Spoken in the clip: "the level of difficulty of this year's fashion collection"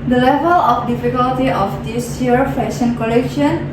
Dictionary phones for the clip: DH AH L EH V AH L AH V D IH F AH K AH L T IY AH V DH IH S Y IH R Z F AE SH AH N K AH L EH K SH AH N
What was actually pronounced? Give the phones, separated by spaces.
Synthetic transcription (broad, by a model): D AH L EH V AH L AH F D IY F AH K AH L T IY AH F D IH S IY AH R F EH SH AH N K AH L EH K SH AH N